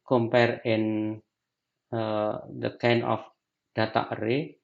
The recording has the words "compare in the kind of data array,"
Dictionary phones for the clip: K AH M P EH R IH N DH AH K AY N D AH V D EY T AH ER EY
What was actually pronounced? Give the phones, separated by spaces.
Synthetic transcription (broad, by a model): K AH M P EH R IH N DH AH K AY N AH F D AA T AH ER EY